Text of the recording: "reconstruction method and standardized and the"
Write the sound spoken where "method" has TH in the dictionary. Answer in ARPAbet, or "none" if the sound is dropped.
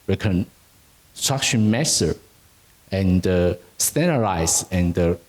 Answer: S